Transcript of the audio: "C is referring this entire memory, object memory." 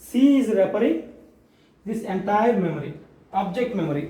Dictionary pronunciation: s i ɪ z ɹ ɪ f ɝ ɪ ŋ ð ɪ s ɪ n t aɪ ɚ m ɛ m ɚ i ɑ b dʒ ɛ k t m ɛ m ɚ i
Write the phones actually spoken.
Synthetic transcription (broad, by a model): s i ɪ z ɹ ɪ p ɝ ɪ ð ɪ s ɪ n t aɪ ɚ m ɛ m ɚ i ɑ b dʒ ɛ k t m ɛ m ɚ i